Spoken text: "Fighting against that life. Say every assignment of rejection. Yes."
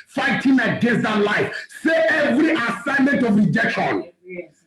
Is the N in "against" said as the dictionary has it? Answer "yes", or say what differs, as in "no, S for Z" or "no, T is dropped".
no, N is dropped